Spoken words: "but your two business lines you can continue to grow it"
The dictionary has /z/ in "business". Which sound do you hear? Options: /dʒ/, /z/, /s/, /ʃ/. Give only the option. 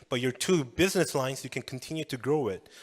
/z/